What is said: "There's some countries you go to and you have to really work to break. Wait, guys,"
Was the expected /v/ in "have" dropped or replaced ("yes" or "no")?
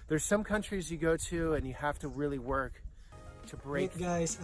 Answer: yes